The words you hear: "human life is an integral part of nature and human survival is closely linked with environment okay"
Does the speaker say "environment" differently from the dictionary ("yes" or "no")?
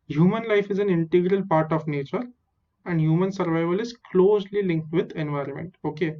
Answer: no